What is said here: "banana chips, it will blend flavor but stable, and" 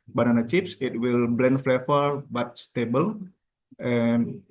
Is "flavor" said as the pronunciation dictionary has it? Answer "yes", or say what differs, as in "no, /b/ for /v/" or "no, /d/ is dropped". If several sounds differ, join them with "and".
no, /f/ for /v/